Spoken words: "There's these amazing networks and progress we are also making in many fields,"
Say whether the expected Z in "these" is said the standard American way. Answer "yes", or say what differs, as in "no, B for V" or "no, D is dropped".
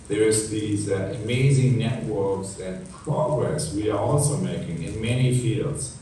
yes